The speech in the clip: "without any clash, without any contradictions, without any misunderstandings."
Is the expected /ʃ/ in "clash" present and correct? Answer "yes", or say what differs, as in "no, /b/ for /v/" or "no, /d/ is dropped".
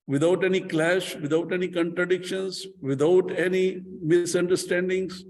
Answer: yes